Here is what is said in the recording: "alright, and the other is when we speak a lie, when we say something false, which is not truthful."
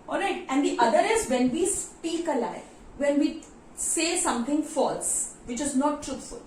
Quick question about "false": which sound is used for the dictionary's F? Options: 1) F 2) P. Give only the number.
1